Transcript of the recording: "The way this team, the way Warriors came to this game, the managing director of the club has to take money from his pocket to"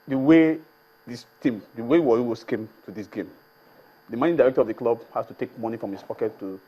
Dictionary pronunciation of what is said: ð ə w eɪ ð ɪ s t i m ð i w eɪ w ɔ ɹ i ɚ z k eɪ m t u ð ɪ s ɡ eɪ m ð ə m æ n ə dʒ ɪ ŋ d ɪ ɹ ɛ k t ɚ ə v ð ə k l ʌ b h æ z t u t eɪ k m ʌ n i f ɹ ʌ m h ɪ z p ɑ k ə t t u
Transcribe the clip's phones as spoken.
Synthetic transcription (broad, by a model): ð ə w eɪ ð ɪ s t i m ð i w eɪ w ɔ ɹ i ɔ s k eɪ m t u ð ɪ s ɡ eɪ m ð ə m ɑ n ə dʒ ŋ d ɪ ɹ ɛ k t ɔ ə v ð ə k l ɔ b h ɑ s t u t eɪ k m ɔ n i f ɹ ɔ m h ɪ s p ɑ k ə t t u